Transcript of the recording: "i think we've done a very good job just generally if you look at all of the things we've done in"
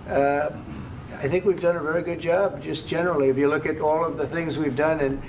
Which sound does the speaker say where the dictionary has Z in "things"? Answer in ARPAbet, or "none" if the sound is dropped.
Z